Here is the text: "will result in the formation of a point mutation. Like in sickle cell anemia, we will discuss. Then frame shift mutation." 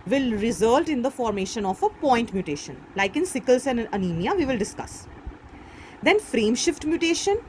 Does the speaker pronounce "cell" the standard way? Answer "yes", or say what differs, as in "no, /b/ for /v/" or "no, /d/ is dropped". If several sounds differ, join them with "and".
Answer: no, /n/ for /l/